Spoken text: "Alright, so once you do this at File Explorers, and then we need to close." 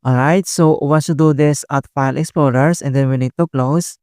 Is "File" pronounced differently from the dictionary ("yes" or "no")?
no